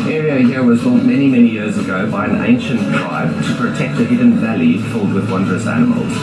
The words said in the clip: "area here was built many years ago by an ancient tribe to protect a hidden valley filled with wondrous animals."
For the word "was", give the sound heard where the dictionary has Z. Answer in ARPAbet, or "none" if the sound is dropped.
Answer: Z